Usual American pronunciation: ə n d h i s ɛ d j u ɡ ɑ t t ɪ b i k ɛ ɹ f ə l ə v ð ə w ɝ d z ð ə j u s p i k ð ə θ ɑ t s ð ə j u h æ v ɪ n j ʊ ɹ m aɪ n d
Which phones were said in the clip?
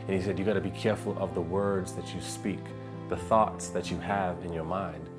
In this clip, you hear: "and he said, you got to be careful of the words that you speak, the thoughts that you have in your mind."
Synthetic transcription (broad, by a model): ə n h i s ɛ d j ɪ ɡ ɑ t t ɪ b i k ɛ ɹ f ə l ə v ð ə w ɝ d z ð ə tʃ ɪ s p i k ð ə θ ɑ t s ð ə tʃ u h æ v ɪ n j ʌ ɹ m aɪ n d